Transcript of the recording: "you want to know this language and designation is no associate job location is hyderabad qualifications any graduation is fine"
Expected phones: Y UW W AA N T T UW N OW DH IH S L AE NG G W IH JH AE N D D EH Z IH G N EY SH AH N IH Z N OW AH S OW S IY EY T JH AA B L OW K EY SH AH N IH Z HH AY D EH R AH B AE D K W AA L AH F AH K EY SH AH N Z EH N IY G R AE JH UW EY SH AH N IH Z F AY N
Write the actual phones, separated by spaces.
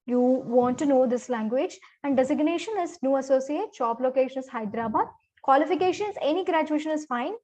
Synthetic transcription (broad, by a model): Y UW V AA N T T UW N OW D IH S L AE NG G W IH JH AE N D D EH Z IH G N EY SH AH N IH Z N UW AH S OW S IY EY T CH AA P L OW K EY SH AH N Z HH AY D R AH B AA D K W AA L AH F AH K EY SH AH N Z EH N IY G R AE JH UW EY SH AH N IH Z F AY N